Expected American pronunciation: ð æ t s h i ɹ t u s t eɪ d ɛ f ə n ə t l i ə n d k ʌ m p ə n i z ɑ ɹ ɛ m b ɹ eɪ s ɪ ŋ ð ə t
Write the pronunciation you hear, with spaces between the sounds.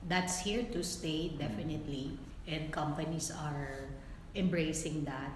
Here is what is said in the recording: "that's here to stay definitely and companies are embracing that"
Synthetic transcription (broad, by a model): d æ t s h i ɹ t u s t eɪ d ɛ f ə n ə t l i ə n d k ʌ m p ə n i s ɑ ɹ ɛ m b ɹ eɪ s ɪ ŋ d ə t